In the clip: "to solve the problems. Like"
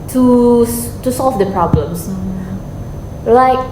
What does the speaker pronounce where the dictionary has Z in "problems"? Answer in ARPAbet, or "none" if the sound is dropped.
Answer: S